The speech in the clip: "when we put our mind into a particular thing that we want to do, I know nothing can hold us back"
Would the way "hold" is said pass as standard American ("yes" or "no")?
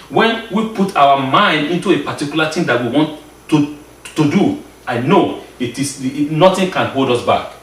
yes